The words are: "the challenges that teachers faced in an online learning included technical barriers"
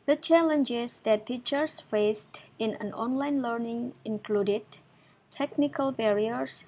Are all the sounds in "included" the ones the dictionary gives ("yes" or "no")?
yes